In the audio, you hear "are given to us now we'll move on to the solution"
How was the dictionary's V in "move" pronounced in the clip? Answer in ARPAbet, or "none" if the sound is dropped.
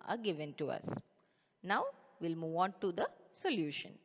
V